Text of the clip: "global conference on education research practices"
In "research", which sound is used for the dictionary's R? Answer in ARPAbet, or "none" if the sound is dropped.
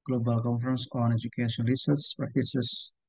L